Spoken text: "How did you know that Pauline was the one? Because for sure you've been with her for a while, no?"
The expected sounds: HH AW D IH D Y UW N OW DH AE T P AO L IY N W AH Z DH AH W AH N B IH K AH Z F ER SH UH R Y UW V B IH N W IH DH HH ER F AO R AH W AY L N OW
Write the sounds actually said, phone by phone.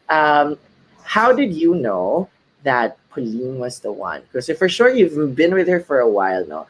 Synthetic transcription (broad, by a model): HH AW D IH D Y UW N OW DH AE T P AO L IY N W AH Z DH AH W AH N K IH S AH F ER SH UH R Y UW V B IH N W IH DH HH ER F AO R AH W AY L N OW